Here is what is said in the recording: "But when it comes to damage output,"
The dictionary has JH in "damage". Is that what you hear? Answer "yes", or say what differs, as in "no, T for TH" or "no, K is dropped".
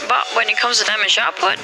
no, SH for JH